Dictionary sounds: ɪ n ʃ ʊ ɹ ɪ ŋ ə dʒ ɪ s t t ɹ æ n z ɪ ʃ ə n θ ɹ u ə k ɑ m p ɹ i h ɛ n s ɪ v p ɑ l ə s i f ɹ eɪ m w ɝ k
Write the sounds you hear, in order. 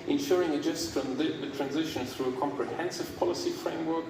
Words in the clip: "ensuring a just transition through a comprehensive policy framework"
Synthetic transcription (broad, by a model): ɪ n ʃ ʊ ɹ ɪ ŋ ə dʒ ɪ s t t ɹ æ n z ɪ ʃ ə n θ ɹ u ə k ɑ m p ɹ i h ɛ n s ɪ v p ɑ l ə s i f ɹ eɪ m w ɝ k